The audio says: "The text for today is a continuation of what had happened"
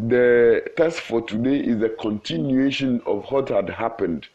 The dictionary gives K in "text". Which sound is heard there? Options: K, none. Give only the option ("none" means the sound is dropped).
none